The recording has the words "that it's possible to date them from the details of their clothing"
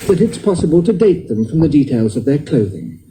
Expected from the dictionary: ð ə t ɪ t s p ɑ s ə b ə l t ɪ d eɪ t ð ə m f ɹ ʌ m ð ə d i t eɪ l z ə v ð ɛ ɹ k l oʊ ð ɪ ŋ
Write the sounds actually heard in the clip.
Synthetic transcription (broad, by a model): ð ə t ɪ t s p ɑ s ə b ə l t ɪ d eɪ t ð ə m f ɹ ʌ m ð ə d i t eɪ l z ə v ð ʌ ɹ k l oʊ ð ɪ ŋ